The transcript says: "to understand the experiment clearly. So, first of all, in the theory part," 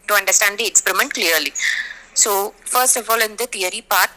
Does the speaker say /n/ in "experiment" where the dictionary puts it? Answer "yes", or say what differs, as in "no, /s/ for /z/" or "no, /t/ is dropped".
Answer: yes